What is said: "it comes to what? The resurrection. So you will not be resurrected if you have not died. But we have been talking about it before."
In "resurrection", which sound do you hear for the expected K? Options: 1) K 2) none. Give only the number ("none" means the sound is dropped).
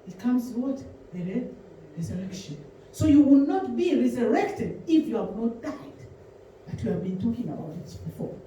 1